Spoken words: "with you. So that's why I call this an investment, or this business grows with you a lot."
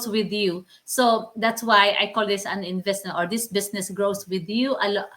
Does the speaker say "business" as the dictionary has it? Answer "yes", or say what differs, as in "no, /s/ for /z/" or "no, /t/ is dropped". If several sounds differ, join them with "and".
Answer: no, /s/ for /z/